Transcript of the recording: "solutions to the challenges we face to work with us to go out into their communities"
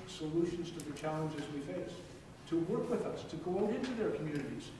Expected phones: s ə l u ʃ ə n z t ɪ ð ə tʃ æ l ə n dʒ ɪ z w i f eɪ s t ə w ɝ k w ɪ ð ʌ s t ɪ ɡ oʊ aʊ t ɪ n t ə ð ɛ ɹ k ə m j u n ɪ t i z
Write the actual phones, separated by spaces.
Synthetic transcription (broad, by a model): s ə l u ʃ n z t ɪ ð ə tʃ æ l ə n dʒ ɪ z w i f eɪ s t ə w ɝ k w ɪ ð ʌ s t ɪ ɡ oʊ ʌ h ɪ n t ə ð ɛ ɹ k m j u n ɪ t i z